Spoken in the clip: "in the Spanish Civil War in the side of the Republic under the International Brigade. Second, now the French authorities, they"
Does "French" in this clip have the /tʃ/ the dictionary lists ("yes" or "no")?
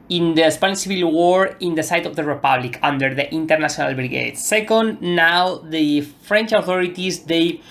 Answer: yes